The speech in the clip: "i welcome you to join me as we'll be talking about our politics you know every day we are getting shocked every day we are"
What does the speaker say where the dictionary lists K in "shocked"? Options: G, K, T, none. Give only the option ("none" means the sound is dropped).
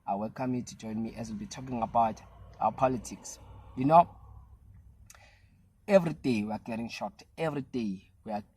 none